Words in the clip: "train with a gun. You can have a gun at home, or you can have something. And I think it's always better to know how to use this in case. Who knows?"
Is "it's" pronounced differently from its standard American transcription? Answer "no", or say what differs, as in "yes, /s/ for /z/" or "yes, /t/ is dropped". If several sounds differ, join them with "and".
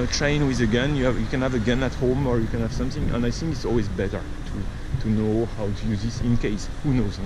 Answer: no